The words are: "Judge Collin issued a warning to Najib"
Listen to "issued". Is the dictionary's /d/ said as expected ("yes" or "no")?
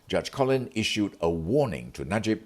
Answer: yes